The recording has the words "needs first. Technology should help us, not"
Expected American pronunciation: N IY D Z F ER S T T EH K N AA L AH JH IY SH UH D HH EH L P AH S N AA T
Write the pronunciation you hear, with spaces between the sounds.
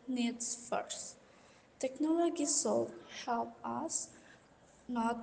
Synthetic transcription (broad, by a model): N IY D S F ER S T T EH K N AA L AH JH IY S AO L HH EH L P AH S N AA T